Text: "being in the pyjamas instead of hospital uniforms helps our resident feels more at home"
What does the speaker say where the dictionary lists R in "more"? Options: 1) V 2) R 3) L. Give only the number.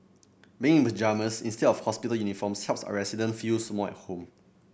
3